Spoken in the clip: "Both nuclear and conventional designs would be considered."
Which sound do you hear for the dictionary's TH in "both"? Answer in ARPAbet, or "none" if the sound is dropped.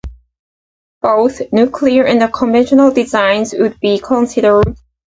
TH